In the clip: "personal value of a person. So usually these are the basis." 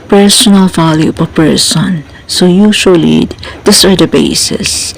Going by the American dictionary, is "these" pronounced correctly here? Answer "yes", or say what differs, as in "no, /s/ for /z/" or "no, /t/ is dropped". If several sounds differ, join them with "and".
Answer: no, /s/ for /z/